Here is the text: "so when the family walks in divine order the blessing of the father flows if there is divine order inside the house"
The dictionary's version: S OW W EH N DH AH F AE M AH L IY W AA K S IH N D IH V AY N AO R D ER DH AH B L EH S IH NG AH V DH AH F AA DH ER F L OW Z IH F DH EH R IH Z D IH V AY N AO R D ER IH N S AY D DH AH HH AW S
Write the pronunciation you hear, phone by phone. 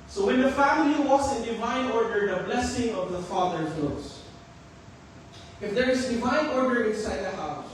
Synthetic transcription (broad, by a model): S OW W EH N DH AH F AE M AH L IY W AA S IH N D IH V AY N AO R D ER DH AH B L EH S IH NG AH V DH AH F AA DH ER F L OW S IH F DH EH R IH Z D IH V AY N AO R D ER IH N S AY D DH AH HH AW S